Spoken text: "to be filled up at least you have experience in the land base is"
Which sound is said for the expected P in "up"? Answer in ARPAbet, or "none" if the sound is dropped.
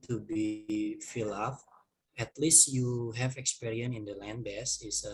F